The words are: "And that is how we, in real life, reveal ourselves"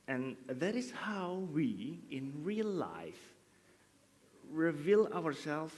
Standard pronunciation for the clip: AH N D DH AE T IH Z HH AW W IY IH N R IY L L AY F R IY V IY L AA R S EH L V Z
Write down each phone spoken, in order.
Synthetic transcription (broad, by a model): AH N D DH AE T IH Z HH AW W IY IH N R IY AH L AY F R IY V IY L AA R S EH L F